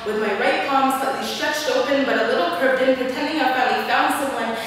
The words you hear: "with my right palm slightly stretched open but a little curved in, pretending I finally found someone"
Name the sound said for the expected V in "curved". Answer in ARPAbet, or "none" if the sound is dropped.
none